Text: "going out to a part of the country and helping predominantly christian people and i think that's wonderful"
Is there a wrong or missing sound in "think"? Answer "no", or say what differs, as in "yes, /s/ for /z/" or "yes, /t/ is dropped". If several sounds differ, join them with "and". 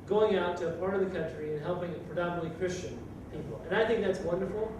no